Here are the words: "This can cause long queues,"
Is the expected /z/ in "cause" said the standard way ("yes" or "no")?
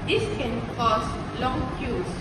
no